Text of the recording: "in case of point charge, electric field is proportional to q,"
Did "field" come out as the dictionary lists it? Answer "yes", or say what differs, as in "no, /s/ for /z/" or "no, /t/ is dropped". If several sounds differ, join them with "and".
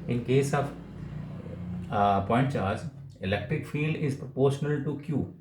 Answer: yes